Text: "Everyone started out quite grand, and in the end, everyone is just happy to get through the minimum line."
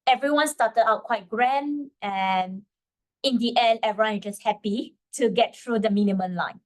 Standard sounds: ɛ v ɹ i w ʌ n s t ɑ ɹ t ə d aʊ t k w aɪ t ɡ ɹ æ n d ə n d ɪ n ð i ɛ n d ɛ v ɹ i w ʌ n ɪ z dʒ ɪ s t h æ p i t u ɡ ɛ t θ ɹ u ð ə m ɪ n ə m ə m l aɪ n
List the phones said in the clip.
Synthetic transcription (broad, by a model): ɛ v ɹ i w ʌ n s t ɑ t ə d aʊ t k w aɪ t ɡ ɹ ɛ n ə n ɪ n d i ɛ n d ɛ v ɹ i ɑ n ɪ dʒ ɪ s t h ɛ p i t u ɡ ɛ t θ ɹ u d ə m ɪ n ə m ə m l aɪ n